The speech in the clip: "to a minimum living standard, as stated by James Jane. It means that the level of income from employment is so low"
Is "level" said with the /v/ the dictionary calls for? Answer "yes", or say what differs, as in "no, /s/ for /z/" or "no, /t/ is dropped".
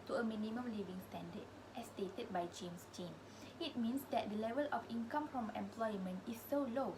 yes